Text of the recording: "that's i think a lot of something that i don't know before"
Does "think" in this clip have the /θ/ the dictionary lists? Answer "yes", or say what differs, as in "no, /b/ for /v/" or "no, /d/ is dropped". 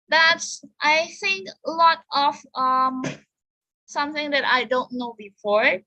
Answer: yes